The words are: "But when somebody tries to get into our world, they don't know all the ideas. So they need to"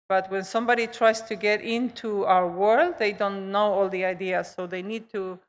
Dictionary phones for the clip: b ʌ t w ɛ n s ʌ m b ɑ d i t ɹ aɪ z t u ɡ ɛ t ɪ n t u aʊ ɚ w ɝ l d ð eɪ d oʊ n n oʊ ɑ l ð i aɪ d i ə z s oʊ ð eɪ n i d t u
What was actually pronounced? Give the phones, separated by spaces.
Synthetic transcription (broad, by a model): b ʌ t w ɛ n s ʌ m b ɑ d i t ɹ aɪ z t u ɡ ɛ t ɪ n t u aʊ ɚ w ɝ l d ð eɪ d oʊ n n oʊ ɑ l ð i aɪ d i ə s oʊ ð eɪ n i d t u